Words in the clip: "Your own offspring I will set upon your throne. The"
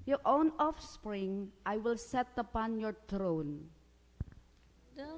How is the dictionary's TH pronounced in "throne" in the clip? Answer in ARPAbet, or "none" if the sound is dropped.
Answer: T